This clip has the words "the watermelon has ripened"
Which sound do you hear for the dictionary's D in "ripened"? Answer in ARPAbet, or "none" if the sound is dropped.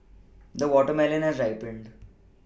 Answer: D